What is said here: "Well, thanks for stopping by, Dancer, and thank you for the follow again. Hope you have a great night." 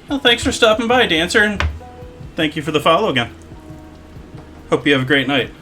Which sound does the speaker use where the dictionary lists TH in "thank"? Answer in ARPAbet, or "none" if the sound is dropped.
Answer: TH